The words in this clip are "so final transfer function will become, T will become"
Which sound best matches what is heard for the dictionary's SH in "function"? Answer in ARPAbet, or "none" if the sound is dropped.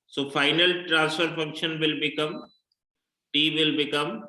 SH